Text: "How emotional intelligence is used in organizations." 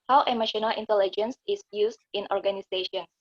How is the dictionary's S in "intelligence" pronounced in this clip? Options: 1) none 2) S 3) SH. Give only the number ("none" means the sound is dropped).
2